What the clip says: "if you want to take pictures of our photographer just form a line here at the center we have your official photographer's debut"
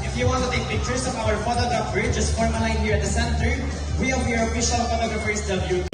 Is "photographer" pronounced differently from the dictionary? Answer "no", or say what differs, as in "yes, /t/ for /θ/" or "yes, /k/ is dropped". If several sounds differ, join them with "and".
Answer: yes, /ɹ/ is dropped